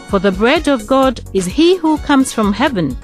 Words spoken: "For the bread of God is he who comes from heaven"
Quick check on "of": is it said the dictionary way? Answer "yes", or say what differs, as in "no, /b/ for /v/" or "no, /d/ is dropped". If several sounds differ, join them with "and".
yes